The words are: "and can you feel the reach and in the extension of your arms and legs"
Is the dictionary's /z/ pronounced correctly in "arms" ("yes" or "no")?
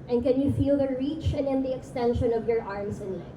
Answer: no